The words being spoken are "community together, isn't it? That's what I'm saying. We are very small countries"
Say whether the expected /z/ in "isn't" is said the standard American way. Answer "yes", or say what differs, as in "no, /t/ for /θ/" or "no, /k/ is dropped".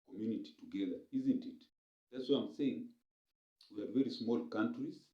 yes